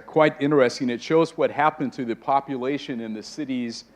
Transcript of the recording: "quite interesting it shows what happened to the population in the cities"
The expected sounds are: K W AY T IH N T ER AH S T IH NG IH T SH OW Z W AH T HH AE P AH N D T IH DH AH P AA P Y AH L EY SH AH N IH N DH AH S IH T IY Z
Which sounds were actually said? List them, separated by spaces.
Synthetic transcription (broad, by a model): K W AY T IH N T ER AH S T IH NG IH T SH OW Z W AH T HH AE P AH N T IH DH AH P AA P Y AH L EY SH AH N IH N DH AH S IH T IY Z